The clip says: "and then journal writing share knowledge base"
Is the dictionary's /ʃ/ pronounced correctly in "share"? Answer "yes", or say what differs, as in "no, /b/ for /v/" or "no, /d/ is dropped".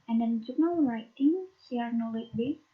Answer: no, /s/ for /ʃ/